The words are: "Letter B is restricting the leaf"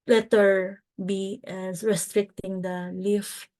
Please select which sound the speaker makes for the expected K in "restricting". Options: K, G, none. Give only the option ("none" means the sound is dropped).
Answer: K